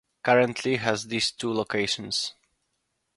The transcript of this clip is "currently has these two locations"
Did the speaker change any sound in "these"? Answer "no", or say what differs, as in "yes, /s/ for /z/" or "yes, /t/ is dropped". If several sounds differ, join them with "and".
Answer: yes, /s/ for /z/